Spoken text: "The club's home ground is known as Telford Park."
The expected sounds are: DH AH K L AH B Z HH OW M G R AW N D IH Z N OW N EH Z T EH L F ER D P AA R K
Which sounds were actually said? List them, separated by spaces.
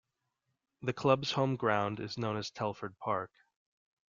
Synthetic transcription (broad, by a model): DH AH K L AH B Z HH OW M G R AW N D IH Z N OW N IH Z T EH L F ER D P AA R K